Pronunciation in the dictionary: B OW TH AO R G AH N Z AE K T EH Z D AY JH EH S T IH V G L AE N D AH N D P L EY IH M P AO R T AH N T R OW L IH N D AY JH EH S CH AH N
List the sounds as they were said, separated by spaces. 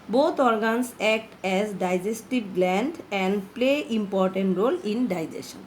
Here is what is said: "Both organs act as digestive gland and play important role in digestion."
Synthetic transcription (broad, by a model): B OW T AO R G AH N S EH K T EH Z D AY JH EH S T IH B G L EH N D AH N D P L EY IH M P AO R T AH N T R OW L IH N D AY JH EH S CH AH N